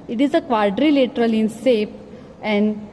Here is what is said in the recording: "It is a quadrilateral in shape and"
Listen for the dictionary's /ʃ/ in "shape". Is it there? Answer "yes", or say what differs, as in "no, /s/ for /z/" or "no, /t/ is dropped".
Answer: no, /s/ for /ʃ/